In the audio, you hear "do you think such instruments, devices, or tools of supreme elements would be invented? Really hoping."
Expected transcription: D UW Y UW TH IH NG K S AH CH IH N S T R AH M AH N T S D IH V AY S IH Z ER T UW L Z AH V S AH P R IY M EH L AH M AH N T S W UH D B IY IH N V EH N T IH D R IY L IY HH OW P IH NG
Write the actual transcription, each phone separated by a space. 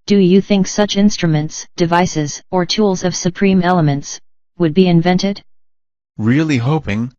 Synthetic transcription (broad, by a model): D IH Y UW TH IH NG K S AH CH IH N S T R AH M AH N T S D IH V AY S IH Z ER T UW L Z AH V S AH P R IY M EH L AH M AH N T S W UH D B IY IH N V EH N T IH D R IY L IY HH OW P IH NG